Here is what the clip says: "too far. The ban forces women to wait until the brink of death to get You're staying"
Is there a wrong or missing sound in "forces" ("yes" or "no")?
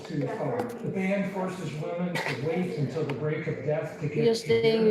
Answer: no